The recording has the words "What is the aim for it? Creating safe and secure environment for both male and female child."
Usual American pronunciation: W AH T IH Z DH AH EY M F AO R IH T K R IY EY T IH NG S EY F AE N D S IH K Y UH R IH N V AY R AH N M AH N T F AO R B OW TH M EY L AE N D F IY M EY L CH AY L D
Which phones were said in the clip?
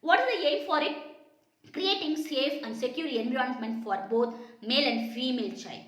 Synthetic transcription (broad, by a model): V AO T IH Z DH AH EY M F AO R IH T K R IY EY T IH NG S EY F AE N D S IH K Y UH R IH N B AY AH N M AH N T F AO R B OW T M EY L AE N D F IY M EY L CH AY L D